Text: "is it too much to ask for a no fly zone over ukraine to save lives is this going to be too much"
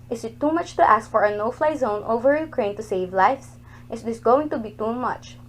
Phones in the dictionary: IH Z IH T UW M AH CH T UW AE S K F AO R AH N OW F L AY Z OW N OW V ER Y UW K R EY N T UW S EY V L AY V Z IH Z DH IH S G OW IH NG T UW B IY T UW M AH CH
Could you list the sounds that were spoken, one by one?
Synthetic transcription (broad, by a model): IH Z IH T UW M AH CH T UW AE S K F AO R AH N OW F L AY Z OW N OW V ER Y UW K R EY N T UW S EY V L AY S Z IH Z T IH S G OW IH NG T UW B IY T UW M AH CH